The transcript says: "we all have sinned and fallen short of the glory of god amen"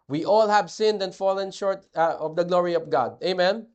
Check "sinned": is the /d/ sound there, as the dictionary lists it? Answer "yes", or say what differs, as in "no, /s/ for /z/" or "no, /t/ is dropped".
yes